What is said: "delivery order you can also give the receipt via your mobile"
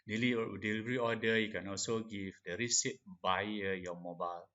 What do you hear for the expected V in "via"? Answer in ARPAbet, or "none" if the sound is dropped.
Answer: B